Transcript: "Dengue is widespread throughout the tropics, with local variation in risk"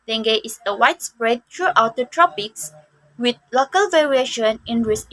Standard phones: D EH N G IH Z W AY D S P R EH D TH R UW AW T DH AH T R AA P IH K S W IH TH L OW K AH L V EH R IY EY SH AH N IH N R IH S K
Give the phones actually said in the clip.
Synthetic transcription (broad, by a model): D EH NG G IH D W AY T S P R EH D T R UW AW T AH T R AA P IH K S W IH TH L OW K AH L V EH R IY EY SH AH N IH N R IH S